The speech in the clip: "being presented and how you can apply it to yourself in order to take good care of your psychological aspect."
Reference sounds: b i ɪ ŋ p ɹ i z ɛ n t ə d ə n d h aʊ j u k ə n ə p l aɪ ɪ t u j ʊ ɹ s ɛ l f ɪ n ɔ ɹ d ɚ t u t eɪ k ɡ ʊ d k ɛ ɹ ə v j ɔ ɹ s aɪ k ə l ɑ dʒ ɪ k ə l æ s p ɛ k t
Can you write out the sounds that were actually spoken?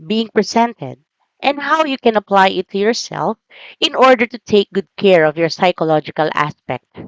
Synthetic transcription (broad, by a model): b i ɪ ŋ p ɹ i s ɛ n t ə d ə n d h aʊ j u k ə n ə p l aɪ ɪ t u j ʊ ɹ s ɛ l f ɪ n ɔ ɹ d ɚ t u t eɪ k ɡ ʊ d k ɛ ɹ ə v j ɔ ɹ s aɪ k ə l ɑ dʒ ɪ k ə l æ s p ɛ k t